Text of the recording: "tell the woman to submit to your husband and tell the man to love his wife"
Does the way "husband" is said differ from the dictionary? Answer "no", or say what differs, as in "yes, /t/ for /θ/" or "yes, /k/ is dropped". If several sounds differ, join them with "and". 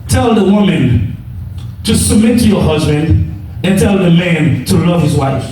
no